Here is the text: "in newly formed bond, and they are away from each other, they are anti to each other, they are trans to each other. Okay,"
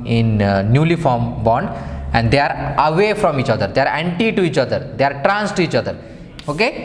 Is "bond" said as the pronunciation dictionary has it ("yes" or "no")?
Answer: yes